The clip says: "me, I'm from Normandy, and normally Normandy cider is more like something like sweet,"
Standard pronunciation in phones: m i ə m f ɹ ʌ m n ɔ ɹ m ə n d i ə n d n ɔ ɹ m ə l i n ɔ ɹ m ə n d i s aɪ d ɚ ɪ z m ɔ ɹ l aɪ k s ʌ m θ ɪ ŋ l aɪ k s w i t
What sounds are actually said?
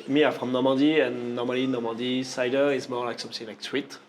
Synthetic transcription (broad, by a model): m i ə f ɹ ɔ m n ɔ m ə d i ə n n ɔ m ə l i n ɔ m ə d i s aɪ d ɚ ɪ s m ɔ l aɪ k s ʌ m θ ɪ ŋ l aɪ k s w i t